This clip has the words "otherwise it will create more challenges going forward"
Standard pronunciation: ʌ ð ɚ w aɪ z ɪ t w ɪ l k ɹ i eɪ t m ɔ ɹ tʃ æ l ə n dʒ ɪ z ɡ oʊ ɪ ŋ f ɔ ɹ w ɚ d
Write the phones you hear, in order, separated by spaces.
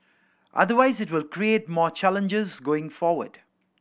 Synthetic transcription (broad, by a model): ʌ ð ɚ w aɪ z ɪ t w ɪ l k ɹ i eɪ t m ɔ tʃ æ l ə n dʒ ɪ z ɡ oʊ ɪ ŋ f ɔ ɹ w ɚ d